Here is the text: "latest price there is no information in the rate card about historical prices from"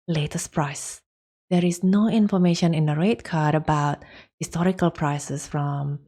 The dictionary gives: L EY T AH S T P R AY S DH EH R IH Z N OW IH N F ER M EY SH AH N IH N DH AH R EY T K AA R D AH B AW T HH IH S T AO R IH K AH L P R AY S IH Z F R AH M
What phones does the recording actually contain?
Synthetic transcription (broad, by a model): L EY T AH S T P R AY S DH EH R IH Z N OW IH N F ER M EY SH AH N IH N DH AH R EY T K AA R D AH B AW T HH IH S T AO R IH K AH L P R AY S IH S F R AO M